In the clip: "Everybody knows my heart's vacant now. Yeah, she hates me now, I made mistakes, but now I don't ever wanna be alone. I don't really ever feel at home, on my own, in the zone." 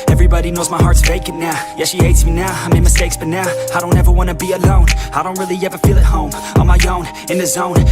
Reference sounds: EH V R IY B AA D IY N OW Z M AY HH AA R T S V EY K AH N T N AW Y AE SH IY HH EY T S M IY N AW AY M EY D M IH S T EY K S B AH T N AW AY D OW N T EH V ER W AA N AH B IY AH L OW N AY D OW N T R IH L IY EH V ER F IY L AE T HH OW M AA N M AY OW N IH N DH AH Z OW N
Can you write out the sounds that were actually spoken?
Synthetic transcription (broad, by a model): EH V R IY B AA D IY N OW Z M AY HH AA R T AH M EY K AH T N AW Y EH SH IY HH EY T S M IY N AW AY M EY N M IH S T EY K S B AH T N AW AY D OW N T EH V ER W AA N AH B IY AH L OW N AY D OW N T R IH L IY EH V ER F IY L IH T HH OW M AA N M AY OW N IH N DH AH Z OW N